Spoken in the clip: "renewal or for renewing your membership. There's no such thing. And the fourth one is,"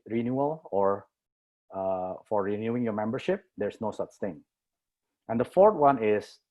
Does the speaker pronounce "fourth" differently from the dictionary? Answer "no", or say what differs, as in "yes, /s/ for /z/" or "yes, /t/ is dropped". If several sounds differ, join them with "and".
yes, /t/ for /θ/